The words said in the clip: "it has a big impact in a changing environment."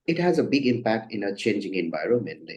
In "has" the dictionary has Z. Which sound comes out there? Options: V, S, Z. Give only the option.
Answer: Z